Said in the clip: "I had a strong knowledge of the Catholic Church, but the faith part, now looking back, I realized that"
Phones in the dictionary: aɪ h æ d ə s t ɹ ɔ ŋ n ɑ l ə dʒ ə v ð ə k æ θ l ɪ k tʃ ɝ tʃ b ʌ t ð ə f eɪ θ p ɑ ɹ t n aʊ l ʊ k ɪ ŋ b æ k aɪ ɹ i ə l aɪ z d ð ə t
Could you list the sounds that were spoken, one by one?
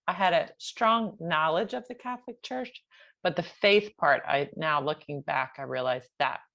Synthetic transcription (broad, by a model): aɪ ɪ d ə s t ɹ ɔ ŋ n ɑ l ə dʒ ə v ð ə k æ θ l ɪ k tʃ ɝ tʃ b ʌ t ð ə f eɪ θ p ɑ ɹ t n aʊ l ʊ k ɪ ŋ b æ k aɪ ɹ i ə l aɪ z ð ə t